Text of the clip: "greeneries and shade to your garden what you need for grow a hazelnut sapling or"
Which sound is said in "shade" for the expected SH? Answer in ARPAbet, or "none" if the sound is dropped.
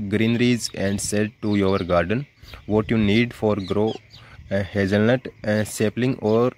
S